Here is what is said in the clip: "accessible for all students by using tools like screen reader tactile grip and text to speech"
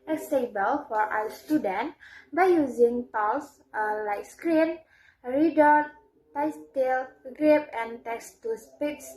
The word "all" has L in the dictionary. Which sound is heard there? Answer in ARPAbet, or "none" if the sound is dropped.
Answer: W